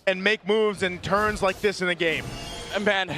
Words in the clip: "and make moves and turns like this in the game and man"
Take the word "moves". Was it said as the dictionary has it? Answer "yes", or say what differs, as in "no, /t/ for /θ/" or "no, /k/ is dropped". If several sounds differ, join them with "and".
yes